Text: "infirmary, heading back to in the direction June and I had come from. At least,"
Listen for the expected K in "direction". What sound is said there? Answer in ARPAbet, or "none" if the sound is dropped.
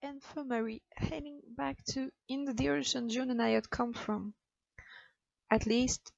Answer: none